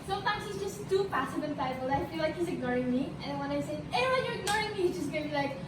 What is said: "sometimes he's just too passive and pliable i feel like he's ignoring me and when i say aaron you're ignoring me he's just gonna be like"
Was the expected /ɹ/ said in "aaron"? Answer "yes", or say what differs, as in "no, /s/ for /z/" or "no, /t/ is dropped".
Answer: no, /w/ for /ɹ/